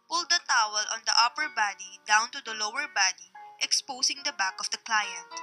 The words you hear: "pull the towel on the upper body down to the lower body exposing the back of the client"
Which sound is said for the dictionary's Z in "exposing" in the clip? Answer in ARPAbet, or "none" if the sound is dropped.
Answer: S